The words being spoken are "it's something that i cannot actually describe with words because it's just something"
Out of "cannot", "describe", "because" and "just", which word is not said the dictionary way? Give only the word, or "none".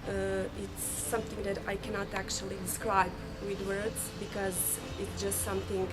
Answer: none